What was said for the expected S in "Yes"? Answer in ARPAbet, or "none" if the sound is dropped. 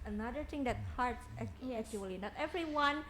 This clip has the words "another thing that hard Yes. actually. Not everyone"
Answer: none